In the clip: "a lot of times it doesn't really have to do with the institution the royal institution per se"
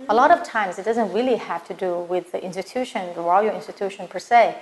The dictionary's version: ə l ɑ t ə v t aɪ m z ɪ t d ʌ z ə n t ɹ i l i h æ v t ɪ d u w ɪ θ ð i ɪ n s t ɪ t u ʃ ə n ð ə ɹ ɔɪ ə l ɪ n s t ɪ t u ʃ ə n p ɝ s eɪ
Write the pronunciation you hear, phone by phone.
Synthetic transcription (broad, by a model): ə l ɑ t ə v t aɪ m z ɪ t d ʌ z ə n t ɹ i l i h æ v t ɪ d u w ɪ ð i ɪ n s t ɪ t u ʃ ə n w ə l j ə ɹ ɪ n s t ɪ t u ʃ ə n p ɝ s eɪ